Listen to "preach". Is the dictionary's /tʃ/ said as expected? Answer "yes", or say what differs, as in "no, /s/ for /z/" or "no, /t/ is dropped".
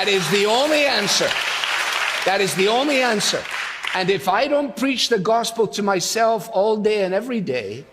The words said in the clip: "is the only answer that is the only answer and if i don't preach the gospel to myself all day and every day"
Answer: yes